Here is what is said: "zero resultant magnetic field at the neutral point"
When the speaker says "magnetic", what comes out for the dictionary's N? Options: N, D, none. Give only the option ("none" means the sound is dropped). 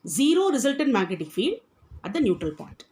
none